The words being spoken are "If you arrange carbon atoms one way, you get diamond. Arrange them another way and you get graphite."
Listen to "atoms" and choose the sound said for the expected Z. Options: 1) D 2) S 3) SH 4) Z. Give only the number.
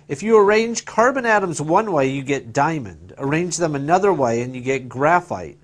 4